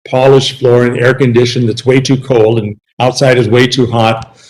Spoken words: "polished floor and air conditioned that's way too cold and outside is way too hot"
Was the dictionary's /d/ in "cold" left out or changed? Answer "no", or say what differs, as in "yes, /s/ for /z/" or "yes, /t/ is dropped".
no